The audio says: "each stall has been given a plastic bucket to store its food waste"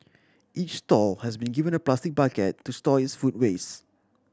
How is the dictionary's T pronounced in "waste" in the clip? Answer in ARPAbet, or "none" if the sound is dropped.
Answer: none